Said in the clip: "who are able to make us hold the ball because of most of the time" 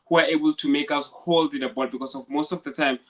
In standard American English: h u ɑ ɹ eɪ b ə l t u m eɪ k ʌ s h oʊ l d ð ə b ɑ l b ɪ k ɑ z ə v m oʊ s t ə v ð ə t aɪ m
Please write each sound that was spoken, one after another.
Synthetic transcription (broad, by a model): h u ɑ ɹ eɪ b ə l t u m eɪ k ʌ s h oʊ l d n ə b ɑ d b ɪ k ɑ s ə v m oʊ s t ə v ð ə t aɪ m